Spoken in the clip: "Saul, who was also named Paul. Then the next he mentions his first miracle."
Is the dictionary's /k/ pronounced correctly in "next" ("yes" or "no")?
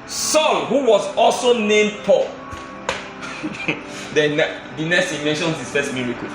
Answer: no